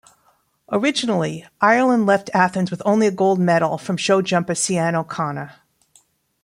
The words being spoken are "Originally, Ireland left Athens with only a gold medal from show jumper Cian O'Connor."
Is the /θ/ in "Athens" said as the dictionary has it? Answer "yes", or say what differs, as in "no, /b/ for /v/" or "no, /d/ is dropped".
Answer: yes